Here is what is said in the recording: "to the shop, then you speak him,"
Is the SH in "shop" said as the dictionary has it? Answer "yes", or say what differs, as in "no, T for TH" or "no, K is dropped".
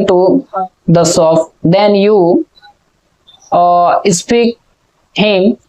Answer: no, S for SH